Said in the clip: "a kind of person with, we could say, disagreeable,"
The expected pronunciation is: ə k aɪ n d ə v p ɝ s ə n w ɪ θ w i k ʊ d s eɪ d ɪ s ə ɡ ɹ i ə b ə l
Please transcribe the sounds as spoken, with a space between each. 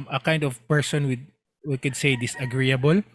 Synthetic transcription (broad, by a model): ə k aɪ n d ə v p ɝ s ə n w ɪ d w i k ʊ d s eɪ d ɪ s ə ɡ ɹ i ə b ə l